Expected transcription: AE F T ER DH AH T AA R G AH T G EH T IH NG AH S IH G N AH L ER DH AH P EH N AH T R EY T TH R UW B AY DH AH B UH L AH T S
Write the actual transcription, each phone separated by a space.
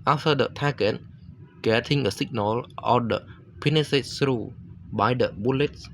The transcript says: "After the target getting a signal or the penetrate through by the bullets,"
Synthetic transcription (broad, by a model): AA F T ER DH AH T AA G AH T G EH T IH NG AH S IH G N AH L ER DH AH P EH N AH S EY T S R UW B AY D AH B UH L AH T S